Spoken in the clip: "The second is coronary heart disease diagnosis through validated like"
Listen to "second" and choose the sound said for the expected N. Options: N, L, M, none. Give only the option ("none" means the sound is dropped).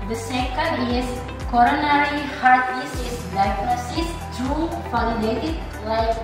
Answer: none